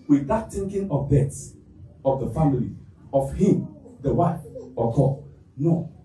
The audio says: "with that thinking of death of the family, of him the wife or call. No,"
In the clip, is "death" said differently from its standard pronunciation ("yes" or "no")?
yes